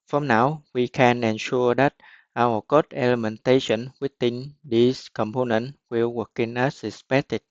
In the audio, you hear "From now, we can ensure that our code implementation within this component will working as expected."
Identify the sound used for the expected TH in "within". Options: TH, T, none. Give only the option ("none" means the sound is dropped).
T